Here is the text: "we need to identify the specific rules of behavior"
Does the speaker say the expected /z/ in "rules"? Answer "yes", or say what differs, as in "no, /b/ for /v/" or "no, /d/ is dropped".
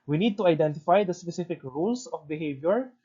no, /s/ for /z/